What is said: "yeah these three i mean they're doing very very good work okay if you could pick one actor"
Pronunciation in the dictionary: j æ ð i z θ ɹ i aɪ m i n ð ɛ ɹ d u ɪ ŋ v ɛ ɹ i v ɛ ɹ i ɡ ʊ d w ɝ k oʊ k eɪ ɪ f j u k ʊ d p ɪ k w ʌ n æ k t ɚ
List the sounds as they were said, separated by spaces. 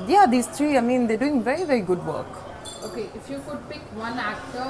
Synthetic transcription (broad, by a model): j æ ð i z t ɹ i aɪ m i n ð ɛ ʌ d u ɪ ŋ v ɛ ɹ i v ɛ ɹ i ɡ ʊ d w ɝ k oʊ k eɪ ɪ f j u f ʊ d p ɪ k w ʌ n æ k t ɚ